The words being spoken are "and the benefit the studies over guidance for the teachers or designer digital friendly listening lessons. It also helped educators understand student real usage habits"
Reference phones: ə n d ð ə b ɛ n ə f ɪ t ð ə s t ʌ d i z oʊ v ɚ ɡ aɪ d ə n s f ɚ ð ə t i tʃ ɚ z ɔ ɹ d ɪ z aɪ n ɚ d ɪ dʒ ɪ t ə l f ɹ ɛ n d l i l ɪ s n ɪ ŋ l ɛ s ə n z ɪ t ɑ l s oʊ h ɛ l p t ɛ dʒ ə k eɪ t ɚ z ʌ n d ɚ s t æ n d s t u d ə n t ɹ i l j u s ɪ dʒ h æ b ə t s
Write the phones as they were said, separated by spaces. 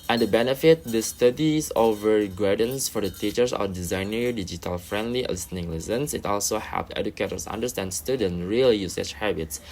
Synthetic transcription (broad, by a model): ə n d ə b ɛ n ə f ɪ t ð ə s t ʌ d i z oʊ v ɚ ɡ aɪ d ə n s f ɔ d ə t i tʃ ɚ s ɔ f d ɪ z aɪ n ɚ d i dʒ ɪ t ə l f ɹ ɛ n d l i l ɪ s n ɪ ŋ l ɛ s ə n s ɪ t ɑ l s oʊ h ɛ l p ɛ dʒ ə k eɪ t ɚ s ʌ n d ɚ s t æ n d s t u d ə n ɹ i l j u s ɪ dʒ h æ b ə t s